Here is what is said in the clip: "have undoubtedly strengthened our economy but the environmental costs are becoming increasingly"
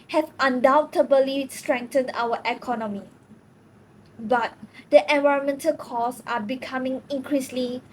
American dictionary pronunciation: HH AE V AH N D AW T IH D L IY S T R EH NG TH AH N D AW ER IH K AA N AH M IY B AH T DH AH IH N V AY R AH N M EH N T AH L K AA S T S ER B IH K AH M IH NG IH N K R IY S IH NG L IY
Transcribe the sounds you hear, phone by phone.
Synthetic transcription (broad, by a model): HH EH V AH N D AW T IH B L IY S T R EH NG T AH N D AW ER IH K AA N AH M IY B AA T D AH IH N V AY R AH N M EH N T AH L K AA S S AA B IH K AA M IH NG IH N K R IY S L IY